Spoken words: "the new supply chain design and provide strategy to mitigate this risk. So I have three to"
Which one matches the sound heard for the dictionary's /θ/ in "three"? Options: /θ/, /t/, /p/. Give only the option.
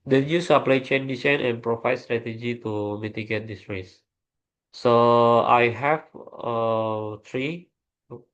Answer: /t/